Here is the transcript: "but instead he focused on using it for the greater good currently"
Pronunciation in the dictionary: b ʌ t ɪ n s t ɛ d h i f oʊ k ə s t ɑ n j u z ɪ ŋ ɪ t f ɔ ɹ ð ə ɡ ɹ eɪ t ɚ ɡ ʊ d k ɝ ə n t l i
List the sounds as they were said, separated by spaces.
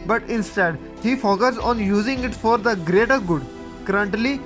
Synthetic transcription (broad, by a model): b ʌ t ɪ n s t ɛ d h i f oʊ k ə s ɑ n j u z ɪ ŋ ɪ t f ɔ ɹ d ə ɡ ɹ eɪ t ɚ ɡ ʊ d k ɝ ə n t l i